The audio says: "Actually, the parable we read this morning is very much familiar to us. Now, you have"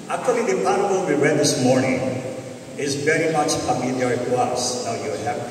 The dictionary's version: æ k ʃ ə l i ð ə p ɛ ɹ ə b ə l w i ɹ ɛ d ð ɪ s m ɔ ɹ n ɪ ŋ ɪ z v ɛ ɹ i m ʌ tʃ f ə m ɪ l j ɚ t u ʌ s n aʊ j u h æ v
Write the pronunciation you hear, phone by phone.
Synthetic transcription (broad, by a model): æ k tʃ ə l i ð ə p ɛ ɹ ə ə n w i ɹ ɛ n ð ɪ s m ɔ ɹ n ɪ ŋ ɪ z v ɛ ɹ i m ʌ tʃ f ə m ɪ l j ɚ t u ʌ s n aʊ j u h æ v